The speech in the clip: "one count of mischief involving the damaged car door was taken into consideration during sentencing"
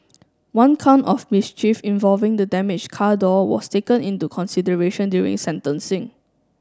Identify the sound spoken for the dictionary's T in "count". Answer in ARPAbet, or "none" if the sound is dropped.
T